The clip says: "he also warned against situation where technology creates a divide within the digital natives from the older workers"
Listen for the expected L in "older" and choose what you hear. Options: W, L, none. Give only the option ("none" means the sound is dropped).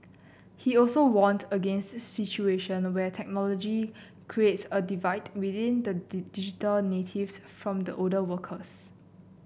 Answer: none